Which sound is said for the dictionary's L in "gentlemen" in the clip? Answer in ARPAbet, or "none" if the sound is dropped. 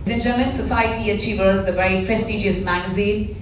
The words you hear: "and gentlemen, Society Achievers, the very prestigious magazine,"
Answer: none